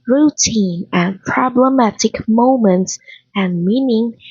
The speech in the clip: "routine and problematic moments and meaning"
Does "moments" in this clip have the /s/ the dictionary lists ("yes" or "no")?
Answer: yes